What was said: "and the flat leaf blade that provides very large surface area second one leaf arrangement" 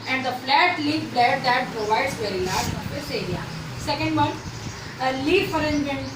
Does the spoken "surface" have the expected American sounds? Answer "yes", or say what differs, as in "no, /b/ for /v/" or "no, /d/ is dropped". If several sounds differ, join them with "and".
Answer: no, /f/ is dropped